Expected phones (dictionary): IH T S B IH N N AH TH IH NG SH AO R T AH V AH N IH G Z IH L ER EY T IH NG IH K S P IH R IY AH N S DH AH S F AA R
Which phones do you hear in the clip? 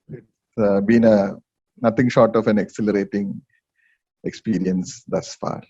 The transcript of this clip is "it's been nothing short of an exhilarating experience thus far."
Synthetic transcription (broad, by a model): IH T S B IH N N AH T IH NG SH AO R T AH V AH N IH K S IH L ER EY T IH NG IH K S P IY R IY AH N S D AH S F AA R